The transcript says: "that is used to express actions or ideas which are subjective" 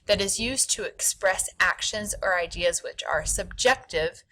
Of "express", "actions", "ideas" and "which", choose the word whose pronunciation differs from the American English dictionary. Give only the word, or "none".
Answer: none